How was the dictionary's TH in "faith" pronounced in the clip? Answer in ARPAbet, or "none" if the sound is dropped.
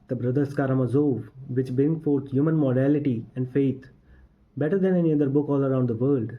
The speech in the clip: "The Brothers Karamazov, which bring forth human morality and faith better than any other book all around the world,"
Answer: T